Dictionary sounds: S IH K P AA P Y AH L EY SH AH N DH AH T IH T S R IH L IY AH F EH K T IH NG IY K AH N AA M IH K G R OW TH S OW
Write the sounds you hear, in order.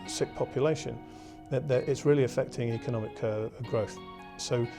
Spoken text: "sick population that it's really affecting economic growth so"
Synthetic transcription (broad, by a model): S IH K P AA P Y AH L EY SH AH N DH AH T IH T S R IH L IY AH F EH K T IH NG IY K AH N AA M IH K G R OW TH S OW